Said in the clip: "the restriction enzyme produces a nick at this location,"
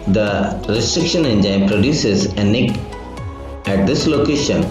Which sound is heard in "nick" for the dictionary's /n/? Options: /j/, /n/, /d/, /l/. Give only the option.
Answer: /n/